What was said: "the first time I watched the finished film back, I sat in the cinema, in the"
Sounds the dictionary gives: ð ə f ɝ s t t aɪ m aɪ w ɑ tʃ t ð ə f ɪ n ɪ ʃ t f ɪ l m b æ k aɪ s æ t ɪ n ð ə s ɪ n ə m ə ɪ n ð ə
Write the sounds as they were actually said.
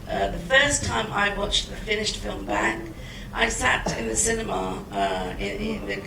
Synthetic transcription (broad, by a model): ð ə f ɝ s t t aɪ m aɪ w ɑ tʃ ð ə f ɪ n ɪ ʃ t f ɪ l m b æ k aɪ s æ t ɪ n ð ə s ɪ n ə m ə ɪ n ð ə